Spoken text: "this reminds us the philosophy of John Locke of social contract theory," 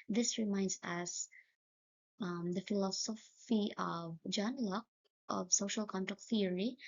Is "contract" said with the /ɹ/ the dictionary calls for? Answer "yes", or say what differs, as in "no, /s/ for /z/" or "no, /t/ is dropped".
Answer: no, /ɹ/ is dropped